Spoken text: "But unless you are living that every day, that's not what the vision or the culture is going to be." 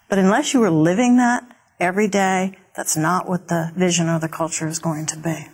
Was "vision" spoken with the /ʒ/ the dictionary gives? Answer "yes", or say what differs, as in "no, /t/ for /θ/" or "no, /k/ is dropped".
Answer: yes